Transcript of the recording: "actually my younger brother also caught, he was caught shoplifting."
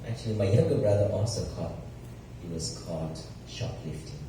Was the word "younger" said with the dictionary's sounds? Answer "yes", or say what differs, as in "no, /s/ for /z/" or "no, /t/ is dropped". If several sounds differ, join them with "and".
no, /ŋ/ is dropped